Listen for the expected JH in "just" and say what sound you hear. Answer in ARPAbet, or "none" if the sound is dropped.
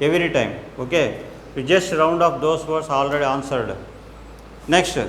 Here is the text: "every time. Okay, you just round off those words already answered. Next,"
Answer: JH